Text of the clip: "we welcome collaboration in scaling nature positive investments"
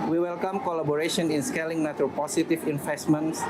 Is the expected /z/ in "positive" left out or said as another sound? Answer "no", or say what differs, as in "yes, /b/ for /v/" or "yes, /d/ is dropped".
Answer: yes, /s/ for /z/